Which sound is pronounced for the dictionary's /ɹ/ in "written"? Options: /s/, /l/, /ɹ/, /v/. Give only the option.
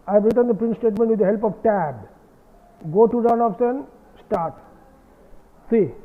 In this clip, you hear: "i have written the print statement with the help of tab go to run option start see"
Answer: /ɹ/